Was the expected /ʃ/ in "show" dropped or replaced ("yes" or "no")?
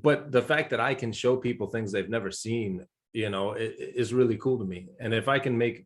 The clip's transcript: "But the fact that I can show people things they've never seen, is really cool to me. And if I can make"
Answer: no